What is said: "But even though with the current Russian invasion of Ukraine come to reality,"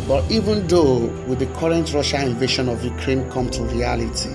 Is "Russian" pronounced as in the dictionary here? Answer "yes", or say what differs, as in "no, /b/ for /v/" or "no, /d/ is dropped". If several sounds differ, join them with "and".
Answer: no, /n/ is dropped